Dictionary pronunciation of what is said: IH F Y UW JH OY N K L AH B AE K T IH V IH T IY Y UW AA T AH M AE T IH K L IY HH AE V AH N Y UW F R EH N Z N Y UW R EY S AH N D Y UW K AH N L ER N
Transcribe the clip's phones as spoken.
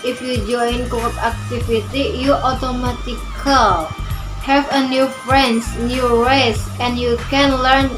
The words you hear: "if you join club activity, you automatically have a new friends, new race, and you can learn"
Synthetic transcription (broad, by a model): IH F Y UW JH OY N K W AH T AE K T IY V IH T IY Y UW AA T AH M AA T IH K L HH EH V AH N Y UW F R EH N S N Y UW R EY S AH N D Y UW K AH N L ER N